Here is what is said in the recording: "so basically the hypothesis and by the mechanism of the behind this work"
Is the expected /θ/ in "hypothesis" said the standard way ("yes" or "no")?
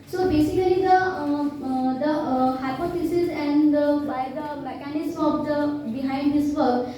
no